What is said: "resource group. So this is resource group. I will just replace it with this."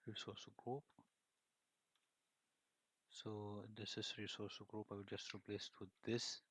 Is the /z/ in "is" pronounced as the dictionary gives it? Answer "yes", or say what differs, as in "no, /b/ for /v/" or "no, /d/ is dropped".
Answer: no, /s/ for /z/